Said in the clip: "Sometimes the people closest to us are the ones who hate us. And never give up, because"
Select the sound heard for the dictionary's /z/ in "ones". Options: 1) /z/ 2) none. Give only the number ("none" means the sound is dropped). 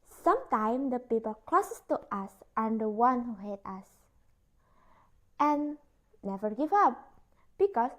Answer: 2